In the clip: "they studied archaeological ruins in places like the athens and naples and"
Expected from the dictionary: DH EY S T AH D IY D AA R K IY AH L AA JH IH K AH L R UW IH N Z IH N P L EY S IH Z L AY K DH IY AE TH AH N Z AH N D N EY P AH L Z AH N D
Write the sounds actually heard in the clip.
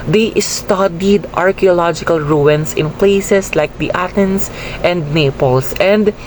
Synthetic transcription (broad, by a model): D EY S T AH D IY D AA R K IY AH L AA JH IH K AH L R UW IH N S IH N P L EY S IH S L AY K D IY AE T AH N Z AH N D N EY P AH L S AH N D